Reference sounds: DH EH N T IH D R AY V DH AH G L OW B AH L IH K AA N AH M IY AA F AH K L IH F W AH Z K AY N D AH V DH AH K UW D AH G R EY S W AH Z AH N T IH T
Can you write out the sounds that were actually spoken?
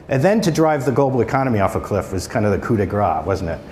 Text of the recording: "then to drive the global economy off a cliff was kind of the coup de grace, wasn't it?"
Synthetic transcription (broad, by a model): DH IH N T IH D R AY V DH AH G OW B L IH K AA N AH M IY AA F AH K L IH F W AH Z K AY N D AH V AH K UW D AH G R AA W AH Z N T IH T